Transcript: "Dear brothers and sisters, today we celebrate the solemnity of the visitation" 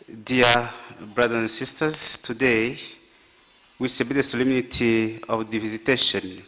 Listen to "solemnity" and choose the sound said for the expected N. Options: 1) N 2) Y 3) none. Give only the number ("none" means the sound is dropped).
1